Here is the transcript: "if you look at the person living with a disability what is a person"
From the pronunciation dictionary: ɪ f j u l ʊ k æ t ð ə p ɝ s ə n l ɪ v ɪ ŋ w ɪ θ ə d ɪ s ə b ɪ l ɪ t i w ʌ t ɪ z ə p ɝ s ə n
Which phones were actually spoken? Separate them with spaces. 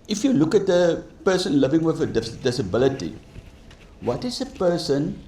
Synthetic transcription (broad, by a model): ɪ f j u l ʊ k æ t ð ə p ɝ s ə n l ɪ v ɪ ŋ w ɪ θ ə d ɪ s ə b ɪ l ɪ t i w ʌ t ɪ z ə p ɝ s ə n